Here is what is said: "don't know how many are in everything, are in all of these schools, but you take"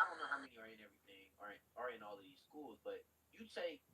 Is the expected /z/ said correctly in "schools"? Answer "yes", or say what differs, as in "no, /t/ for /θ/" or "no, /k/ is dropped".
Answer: yes